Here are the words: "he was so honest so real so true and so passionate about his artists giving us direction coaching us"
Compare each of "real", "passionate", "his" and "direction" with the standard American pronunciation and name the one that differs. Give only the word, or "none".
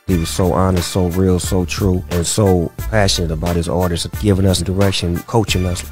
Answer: none